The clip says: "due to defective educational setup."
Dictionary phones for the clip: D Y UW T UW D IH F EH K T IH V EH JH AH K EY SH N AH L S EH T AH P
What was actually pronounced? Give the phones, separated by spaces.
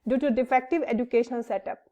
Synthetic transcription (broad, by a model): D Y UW T UW D IH F EH K T IH V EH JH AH K EY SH AH N S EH T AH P